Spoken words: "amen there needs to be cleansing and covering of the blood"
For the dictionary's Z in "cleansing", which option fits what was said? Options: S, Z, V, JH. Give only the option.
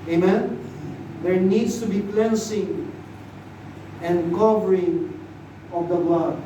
S